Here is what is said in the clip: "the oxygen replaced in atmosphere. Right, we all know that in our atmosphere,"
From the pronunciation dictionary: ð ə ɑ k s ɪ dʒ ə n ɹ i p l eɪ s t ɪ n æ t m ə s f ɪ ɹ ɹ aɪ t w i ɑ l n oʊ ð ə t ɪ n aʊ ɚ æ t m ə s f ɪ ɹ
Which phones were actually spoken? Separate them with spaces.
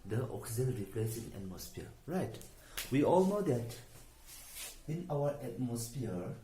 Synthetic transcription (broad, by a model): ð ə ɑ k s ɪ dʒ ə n ɹ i p l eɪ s ɪ n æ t m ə s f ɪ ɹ ɹ aɪ t w i ɑ l n oʊ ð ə t ɪ n aʊ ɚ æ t m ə s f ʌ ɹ